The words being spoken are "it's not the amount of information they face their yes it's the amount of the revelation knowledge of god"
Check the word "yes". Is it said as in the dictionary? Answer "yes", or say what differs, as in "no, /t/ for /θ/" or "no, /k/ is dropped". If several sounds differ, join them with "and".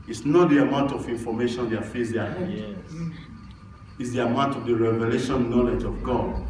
no, /s/ is dropped